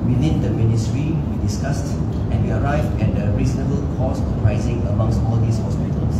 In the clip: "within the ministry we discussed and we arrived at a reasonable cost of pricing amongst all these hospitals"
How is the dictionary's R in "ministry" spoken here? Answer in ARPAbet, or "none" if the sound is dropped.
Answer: R